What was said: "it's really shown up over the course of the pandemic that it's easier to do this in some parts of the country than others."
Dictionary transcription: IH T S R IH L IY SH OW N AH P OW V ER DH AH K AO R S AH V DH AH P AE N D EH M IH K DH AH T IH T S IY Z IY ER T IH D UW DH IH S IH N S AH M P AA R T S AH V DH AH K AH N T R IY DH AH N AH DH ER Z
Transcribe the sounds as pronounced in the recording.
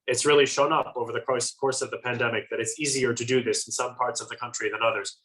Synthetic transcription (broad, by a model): IH T S R IH L IY SH OW N AH P OW V ER DH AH K AO R S AH V DH AH P AE N D EH M IH K DH AH T IH T S IY Z IY ER T IH D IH DH IH S N S AH M P AA R T S AH V DH AH K AH N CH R IY DH AH N AH DH ER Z